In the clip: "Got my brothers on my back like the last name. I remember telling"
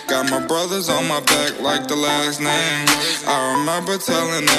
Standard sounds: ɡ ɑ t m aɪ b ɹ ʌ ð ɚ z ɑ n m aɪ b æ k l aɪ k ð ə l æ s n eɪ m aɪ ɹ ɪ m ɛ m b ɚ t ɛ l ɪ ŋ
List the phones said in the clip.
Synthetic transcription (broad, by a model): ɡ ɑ t m aɪ b ɹ ʌ ð ɚ z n m aɪ b æ k l aɪ k ð ə l æ s n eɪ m aɪ ɹ ɪ m ɛ m b ɚ t ɛ l ɪ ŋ